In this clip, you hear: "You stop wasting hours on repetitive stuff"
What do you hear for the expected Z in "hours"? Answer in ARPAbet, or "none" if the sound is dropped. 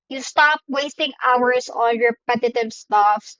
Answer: S